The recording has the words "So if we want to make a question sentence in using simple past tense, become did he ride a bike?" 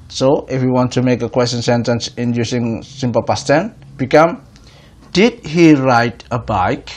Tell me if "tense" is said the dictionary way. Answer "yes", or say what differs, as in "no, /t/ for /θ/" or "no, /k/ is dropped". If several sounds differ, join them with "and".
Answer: no, /s/ is dropped